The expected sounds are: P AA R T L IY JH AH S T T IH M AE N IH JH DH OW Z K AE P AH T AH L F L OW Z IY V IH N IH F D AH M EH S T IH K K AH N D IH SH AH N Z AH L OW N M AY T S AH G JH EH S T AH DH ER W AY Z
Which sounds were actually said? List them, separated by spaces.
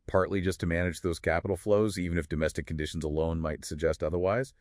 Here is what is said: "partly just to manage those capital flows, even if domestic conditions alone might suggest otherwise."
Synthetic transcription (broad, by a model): P AA R T L IY JH AH S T T IH M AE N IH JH DH OW Z K AE P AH T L F L OW Z IY V IH N IH F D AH M EH S T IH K K N D IH SH N Z AH L OW N M AY T S AH G JH EH S T AH DH ER W AY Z